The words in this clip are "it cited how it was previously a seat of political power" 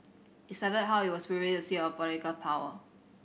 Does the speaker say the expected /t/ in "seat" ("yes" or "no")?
no